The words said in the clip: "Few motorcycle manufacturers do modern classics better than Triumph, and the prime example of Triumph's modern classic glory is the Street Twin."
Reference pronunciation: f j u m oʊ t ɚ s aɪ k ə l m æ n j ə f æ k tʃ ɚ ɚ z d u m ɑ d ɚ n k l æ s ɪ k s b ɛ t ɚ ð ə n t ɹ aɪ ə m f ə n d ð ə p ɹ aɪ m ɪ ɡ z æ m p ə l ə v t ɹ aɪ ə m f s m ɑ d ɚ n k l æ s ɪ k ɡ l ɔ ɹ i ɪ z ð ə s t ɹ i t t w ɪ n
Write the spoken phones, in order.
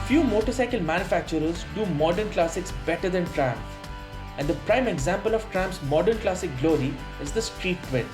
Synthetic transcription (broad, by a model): f j u m oʊ t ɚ s aɪ k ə l m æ n j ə f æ k tʃ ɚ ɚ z d u m ɑ d ɚ n k l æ s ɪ k s b ɛ t ɚ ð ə n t ɹ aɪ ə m ə n d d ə p ɹ aɪ m ɪ ɡ z æ m p ə l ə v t ɹ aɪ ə m p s m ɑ d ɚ n k l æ s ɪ k ɡ l ɔ ɹ i ɪ z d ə s t ɹ i t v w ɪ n